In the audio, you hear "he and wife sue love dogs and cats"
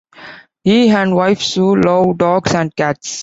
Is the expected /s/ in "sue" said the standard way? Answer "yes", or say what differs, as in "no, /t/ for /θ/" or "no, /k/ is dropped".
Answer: yes